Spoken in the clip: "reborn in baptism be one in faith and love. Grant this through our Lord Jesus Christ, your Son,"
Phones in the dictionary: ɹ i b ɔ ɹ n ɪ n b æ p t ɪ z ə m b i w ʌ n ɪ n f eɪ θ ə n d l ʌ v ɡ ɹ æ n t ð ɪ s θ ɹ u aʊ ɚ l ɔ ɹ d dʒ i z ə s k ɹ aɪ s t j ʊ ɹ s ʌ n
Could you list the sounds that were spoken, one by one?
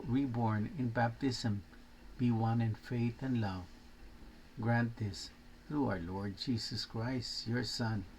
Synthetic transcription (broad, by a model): ɹ i b ɔ ɹ n ɪ n b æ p t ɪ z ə m b i w ʌ n ɪ n f eɪ θ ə n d l ʌ v ɡ ɹ æ n t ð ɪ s θ ɹ u aʊ ɚ l ɔ ɹ d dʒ i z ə s k ɹ aɪ s t j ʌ ɹ s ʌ n